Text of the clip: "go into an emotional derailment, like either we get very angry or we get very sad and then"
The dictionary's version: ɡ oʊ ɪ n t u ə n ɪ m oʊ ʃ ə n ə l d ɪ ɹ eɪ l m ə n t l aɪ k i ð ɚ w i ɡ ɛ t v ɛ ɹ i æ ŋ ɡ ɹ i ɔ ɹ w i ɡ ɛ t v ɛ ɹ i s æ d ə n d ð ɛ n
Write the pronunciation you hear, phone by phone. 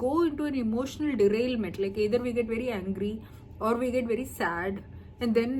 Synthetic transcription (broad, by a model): oʊ ɪ n t u ə n ɪ m oʊ ʃ ə n ə l d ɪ ɹ eɪ l m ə t l aɪ k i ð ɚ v i ɡ ɛ t v ɛ ɹ i æ ŋ ɡ ɹ i ɔ ɹ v i ɡ ɛ t v ɛ ɹ i s æ d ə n d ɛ n